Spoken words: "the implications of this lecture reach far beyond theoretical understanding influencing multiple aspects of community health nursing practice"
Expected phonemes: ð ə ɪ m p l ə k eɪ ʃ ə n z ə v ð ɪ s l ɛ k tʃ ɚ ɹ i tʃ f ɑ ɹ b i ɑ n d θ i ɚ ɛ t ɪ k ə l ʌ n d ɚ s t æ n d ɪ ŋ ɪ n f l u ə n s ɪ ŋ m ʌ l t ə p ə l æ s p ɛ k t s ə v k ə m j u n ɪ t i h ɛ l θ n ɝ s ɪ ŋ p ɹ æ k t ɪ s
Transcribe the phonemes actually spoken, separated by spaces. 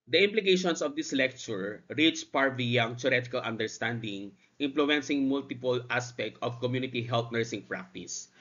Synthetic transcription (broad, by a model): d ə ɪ m p l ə k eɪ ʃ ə n s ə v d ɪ s l ɛ k tʃ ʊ ɹ i tʃ p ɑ ɹ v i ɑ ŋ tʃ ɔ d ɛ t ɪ k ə l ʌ n d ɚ s t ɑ n d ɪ ŋ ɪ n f l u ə n s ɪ ŋ m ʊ l t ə p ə l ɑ s p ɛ k t ə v k ə m j u n ɪ t i h ɛ l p n ɝ s ɪ ŋ p ɹ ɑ k t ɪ s